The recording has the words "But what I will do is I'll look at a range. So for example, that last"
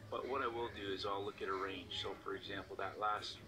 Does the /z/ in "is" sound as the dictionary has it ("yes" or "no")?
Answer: yes